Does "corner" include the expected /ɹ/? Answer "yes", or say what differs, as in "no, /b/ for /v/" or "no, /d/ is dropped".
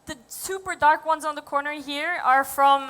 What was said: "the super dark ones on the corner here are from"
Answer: yes